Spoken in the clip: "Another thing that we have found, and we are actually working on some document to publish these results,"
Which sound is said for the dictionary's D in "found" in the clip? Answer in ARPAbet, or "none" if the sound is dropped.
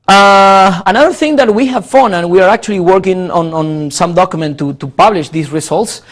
none